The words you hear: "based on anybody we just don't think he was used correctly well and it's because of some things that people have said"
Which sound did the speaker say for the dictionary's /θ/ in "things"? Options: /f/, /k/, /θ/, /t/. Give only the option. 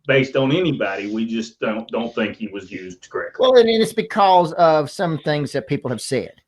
/θ/